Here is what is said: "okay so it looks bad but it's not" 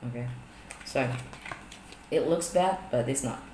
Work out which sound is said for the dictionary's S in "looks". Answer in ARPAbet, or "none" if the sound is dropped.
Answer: S